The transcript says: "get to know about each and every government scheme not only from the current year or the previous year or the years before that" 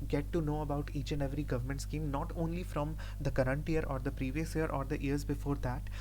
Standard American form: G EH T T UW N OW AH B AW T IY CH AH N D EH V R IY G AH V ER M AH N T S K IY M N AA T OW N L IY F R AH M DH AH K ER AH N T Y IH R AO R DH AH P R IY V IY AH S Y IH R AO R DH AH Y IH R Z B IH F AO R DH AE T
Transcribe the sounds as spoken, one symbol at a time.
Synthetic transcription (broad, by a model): G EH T T UW N OW AH B AW T IY CH AH N D EH V R IY G AH V ER M AH N T S K IY M N AA T OW N L IY F R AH M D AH K ER AH N T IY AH R AO R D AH P R IY V IY AH S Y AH R AO R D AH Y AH R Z B IH F AO R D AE T